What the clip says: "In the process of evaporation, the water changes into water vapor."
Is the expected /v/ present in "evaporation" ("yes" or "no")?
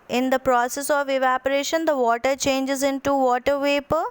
yes